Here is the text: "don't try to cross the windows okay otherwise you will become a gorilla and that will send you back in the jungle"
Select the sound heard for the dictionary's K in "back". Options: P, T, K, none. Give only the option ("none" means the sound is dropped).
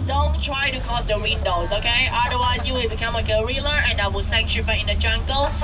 none